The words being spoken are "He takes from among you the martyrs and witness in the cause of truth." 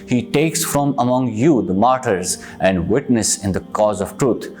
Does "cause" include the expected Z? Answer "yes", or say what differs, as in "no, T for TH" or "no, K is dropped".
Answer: yes